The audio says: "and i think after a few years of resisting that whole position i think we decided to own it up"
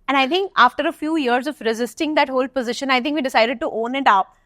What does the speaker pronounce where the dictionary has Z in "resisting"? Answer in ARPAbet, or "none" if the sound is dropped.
Z